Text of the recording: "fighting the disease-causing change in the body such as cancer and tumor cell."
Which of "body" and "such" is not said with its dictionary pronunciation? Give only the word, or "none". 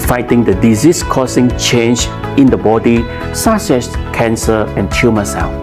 such